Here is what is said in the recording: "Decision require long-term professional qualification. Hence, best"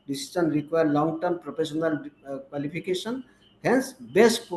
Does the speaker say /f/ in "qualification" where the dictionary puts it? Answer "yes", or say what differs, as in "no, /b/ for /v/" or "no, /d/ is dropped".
no, /p/ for /f/